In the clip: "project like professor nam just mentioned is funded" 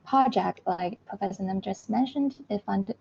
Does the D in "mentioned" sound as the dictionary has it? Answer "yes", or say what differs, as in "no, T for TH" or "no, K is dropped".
yes